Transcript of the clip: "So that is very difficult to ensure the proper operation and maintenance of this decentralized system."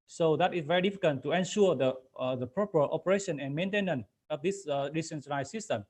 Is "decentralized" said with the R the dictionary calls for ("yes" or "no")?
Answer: no